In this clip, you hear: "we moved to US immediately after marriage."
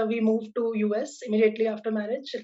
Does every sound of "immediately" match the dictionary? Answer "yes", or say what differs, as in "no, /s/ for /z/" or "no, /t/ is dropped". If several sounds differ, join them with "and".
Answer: yes